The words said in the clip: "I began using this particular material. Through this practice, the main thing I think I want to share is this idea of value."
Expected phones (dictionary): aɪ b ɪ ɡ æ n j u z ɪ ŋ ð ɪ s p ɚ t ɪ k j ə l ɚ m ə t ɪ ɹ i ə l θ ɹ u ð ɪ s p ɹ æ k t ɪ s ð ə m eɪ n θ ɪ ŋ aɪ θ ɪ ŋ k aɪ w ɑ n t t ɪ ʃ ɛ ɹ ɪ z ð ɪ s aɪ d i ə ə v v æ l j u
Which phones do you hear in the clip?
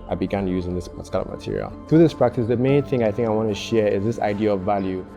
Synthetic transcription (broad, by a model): aɪ b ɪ ɡ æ n j u z ɪ ŋ ð ɪ s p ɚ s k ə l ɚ m ə t ɪ ɹ i ə l θ ɹ u ð ɪ s p ɹ æ k t ɪ s ð ə m eɪ n θ ɪ ŋ aɪ θ ɪ ŋ k aɪ w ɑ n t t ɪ ʃ ɛ ɹ ɪ z ð ɪ s aɪ d i ə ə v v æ l j u